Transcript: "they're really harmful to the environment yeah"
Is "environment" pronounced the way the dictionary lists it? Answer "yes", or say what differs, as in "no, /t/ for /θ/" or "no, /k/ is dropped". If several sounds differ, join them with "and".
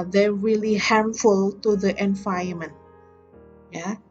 no, /ɹ/ is dropped and /n/ is dropped